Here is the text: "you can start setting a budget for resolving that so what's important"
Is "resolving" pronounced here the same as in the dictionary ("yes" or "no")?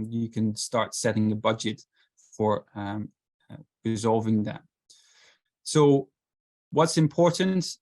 yes